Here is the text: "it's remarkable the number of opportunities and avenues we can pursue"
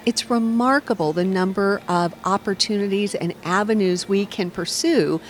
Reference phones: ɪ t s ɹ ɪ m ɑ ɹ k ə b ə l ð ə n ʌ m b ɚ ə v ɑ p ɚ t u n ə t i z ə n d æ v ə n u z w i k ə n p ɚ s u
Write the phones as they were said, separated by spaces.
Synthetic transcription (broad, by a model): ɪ t s ɹ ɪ m ɑ ɹ k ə b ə l ð ə n ʌ m b ɚ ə v ɑ p ɚ t u n ə t i z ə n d æ v ə n u z w i k ə n p ɚ s u